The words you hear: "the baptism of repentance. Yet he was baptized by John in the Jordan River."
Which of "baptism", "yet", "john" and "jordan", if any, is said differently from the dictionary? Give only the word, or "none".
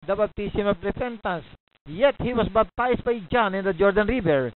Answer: baptism